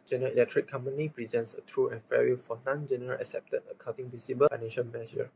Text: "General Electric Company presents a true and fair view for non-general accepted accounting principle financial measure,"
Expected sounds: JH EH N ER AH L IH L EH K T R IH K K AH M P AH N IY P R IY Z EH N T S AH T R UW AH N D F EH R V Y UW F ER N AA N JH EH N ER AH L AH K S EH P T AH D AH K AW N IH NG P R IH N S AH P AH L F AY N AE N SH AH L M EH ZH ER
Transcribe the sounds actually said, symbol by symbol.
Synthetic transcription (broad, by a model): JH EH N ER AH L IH L EH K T R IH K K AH M P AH N IY P R IY Z EH N T S AH T R UW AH N F EH R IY F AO N AA N JH EH N ER AH L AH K S EH P T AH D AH K AW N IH NG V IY S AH B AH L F AY N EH N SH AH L M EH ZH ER